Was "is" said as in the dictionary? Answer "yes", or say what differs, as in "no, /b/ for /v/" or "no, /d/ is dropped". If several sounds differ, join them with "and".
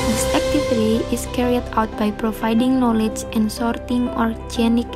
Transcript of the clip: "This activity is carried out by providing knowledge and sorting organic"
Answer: no, /s/ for /z/